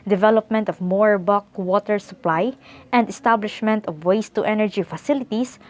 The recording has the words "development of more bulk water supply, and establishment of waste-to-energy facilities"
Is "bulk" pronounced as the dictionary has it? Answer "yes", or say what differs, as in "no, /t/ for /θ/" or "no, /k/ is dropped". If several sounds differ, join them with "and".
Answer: no, /l/ is dropped